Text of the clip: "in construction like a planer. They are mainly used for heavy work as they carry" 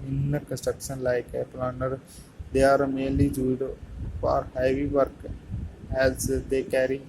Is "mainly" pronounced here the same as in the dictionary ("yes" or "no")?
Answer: no